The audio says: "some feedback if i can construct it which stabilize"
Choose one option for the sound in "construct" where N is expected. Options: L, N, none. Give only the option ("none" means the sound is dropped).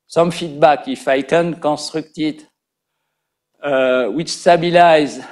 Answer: none